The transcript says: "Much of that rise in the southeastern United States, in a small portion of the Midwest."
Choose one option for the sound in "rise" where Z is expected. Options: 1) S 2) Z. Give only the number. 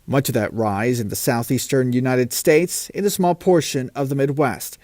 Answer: 2